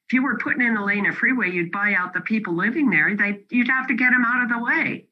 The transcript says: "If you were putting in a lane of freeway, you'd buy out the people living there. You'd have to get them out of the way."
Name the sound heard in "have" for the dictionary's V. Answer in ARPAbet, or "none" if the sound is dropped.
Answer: F